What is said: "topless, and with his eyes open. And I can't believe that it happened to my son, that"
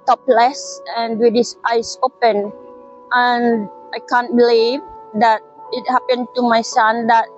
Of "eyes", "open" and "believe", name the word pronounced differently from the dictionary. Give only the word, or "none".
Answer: eyes